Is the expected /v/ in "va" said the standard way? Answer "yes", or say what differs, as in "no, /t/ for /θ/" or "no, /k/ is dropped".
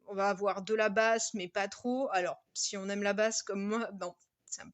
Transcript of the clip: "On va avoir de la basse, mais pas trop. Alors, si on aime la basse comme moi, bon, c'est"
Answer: yes